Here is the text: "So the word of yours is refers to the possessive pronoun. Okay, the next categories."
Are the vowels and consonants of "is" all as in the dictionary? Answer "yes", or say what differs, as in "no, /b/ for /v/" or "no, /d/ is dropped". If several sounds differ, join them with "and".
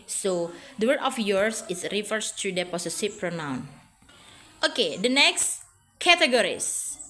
no, /s/ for /z/